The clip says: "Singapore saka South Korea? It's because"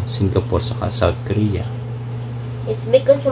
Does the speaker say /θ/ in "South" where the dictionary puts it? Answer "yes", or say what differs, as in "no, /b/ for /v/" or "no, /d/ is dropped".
no, /t/ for /θ/